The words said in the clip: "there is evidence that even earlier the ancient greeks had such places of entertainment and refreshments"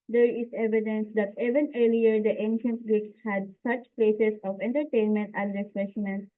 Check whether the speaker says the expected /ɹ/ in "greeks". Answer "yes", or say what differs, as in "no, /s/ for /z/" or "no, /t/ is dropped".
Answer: no, /ɹ/ is dropped